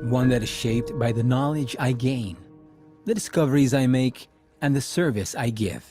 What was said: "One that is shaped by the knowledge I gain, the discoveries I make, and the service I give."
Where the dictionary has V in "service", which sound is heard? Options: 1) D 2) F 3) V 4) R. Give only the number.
3